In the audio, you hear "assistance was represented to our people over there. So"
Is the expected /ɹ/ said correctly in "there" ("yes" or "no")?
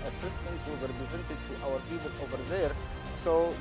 yes